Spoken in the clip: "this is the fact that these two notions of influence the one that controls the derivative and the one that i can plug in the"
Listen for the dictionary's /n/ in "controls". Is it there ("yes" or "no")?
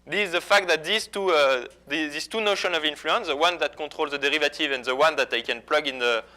no